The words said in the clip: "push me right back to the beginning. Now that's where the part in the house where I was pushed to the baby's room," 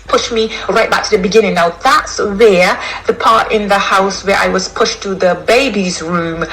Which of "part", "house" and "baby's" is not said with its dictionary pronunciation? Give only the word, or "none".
none